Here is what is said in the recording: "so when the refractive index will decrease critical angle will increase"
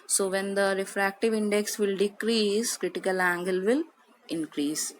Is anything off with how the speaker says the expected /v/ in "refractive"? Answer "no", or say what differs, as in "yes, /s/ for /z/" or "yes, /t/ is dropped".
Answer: no